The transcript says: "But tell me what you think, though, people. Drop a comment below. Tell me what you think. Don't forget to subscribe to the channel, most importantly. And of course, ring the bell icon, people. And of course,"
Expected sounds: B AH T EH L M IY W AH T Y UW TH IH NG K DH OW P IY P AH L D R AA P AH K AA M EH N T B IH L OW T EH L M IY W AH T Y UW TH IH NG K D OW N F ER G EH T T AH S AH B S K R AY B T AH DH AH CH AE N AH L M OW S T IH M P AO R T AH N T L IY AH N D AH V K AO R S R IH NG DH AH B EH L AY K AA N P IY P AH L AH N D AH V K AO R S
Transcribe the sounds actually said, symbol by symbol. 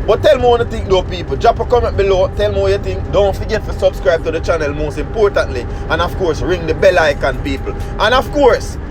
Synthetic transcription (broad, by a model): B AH T EH L M IY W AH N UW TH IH NG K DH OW P IY P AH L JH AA P AH K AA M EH N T B IH L OW T EH L M IY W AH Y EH T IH NG K D OW N F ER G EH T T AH S AH B S K R AY B T AH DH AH CH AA N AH L M OW S T IH M P AO R T AH N T L IY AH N AH V K AO R S R IH NG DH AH B EH L AY K AA N P IY P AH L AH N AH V K AO R S